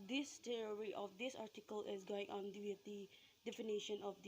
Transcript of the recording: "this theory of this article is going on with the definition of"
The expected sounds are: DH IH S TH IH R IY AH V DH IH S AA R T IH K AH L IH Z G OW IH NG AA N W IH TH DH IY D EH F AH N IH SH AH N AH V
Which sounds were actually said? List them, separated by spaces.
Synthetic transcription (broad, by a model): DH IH S T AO R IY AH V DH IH S AA R T IH K AH L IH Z G OW IH NG AA N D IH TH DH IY D EH F AH N IH SH AH N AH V